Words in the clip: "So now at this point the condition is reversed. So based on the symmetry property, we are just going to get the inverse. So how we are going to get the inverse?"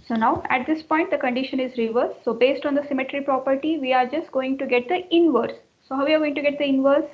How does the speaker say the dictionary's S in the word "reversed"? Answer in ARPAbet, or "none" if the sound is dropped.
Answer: none